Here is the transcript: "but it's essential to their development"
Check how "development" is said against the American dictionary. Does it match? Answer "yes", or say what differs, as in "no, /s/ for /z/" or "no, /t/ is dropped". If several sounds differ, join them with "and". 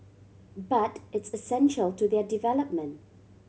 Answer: yes